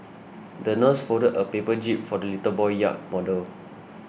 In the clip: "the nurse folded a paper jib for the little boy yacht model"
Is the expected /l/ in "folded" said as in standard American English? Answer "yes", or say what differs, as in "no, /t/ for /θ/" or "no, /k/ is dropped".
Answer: no, /l/ is dropped